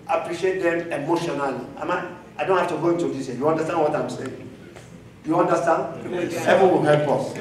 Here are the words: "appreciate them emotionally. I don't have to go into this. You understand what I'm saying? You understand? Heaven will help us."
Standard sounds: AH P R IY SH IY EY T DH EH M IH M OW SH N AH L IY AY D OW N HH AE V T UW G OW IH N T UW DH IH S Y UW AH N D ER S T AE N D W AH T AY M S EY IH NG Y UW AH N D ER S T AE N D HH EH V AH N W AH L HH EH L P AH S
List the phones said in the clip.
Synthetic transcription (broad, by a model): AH P R IY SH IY EY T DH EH M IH M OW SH N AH L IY AY D OW N HH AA F T UW G OW IH N T UW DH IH S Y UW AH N D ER S T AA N W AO T AY M S EY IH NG Y UW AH N D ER S T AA N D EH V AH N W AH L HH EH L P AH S